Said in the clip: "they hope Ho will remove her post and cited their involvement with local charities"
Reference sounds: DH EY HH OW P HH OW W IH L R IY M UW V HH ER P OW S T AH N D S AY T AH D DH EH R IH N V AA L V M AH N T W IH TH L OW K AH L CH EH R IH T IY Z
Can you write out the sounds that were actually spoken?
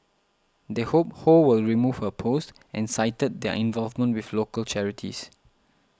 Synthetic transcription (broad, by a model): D EY HH OW P HH OW W IH L R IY M UW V HH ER P OW S T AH N S AY T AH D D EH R IH N V AA L V M AH N T W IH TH L OW K AH L CH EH R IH T IY S